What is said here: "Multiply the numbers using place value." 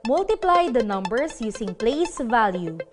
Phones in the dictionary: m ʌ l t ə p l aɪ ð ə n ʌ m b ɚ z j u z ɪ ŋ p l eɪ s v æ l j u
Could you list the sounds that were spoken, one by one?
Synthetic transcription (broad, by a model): m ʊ l t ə p l aɪ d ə n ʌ m b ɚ s j u s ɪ ŋ p l eɪ s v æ l j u